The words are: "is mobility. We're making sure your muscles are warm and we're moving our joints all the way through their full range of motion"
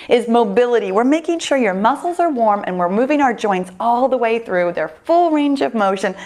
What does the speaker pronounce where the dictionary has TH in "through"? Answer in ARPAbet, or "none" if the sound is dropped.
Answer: TH